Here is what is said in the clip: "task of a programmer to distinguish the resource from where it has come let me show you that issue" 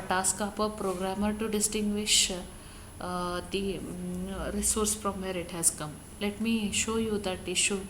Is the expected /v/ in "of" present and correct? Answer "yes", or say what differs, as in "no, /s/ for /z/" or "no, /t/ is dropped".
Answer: no, /p/ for /v/